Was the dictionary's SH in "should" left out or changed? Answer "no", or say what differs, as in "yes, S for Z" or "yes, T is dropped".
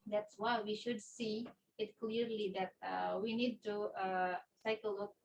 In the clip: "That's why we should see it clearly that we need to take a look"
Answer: no